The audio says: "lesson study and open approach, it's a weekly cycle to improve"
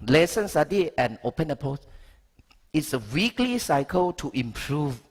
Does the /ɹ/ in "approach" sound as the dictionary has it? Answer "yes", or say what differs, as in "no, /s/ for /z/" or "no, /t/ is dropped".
no, /ɹ/ is dropped